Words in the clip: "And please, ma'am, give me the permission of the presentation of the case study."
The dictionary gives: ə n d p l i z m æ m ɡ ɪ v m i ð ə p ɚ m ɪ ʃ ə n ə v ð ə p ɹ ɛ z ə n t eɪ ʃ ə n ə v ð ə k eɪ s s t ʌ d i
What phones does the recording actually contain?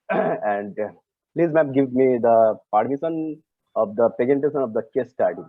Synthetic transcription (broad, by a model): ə n d p l i z m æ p ɡ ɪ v m i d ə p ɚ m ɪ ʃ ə n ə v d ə p ɛ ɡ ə n t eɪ s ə n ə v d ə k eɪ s s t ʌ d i